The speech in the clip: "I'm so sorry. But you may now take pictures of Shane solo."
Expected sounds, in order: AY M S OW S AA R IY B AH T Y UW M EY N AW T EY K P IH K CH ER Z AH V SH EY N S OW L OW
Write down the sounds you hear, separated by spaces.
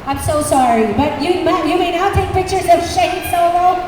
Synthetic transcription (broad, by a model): AY M S OW S AA R IY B AH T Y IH M EY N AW T EY K P IH K CH ER Z AH V SH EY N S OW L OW